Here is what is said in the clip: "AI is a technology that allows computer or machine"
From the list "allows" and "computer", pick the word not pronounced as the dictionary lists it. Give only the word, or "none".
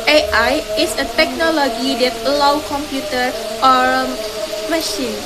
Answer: allows